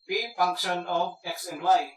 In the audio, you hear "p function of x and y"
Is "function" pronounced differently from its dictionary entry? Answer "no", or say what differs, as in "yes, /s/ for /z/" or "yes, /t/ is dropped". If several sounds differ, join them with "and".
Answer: no